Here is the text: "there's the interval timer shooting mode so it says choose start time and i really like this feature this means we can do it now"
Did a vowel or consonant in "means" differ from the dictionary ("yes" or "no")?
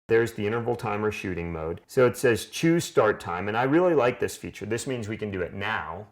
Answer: no